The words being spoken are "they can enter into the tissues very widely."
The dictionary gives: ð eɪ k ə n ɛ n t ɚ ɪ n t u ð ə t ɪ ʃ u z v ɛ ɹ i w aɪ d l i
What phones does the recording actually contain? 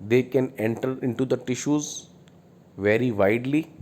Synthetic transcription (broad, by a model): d eɪ k ə n ɛ n t ɚ ɪ n t u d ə t ɪ ʃ u z v ɛ ɹ i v aɪ d l i